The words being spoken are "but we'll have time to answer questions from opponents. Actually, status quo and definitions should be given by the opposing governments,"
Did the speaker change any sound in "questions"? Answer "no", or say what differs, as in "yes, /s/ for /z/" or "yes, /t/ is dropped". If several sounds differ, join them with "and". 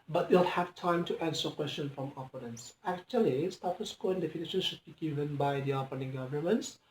yes, /z/ is dropped